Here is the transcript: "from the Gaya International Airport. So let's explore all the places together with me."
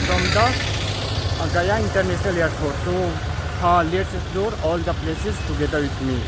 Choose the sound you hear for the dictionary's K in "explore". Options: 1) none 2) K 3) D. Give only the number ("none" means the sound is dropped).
1